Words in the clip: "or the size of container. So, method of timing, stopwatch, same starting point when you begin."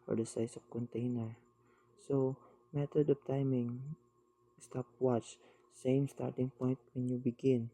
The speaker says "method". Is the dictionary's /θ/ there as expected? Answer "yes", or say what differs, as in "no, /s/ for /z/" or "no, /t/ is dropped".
no, /t/ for /θ/